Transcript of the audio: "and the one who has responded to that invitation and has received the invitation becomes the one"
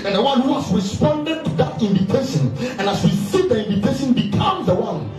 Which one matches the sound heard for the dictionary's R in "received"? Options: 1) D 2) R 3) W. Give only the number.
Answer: 3